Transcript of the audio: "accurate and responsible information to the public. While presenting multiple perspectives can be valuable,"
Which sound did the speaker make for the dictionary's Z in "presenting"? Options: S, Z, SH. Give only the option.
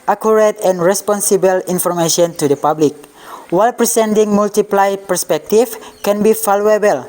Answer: S